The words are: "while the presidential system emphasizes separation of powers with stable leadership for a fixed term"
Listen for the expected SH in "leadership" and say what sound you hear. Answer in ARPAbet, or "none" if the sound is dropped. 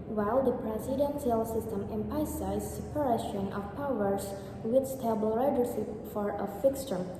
S